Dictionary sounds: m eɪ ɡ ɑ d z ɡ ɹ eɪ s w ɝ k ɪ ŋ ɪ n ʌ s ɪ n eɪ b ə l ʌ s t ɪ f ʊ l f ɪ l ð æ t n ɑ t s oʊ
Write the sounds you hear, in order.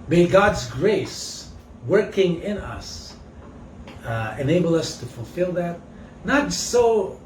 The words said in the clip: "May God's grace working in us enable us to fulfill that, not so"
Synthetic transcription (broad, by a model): m eɪ ɡ ɑ d z ɡ ɹ eɪ s w ɝ k ɪ ŋ ɪ n ʌ s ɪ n eɪ b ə l ʌ s t ɪ f ʊ l f ɪ l ð æ t n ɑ t s oʊ